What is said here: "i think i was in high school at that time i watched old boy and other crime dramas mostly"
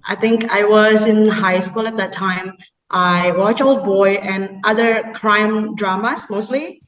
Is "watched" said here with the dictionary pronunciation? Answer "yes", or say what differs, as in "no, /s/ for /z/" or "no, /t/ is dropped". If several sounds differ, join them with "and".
no, /t/ is dropped